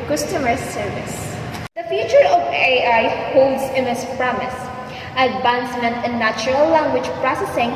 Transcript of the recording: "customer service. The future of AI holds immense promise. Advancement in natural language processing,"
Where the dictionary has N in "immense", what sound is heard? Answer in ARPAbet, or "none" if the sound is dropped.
none